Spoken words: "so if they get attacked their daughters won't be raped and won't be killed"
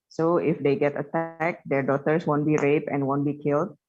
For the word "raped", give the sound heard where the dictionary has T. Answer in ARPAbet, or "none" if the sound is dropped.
none